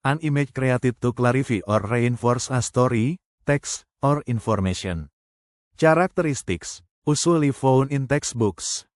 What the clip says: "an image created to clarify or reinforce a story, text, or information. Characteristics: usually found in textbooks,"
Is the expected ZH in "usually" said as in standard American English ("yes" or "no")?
no